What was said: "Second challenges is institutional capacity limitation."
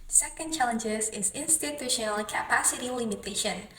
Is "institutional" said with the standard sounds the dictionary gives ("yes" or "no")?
yes